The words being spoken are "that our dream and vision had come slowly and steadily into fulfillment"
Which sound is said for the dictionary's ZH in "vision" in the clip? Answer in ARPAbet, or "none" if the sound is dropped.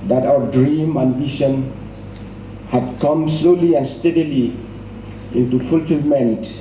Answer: SH